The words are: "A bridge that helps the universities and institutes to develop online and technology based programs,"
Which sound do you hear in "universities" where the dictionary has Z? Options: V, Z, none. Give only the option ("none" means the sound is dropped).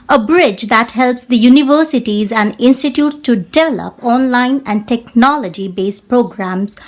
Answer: Z